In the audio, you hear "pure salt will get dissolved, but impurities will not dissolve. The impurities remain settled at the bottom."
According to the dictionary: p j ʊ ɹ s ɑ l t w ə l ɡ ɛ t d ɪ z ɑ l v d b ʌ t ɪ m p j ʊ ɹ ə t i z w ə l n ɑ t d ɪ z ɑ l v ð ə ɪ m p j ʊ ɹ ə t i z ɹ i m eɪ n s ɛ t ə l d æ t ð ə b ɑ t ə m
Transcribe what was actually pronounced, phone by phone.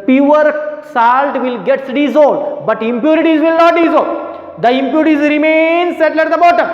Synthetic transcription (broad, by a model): p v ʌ ɹ s ɑ l t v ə l ɡ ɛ t d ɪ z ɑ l d b ʌ t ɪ m p j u ɹ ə t i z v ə l n ɑ t d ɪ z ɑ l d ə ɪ m p j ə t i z ɹ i m eɪ n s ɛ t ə l ɛ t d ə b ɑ t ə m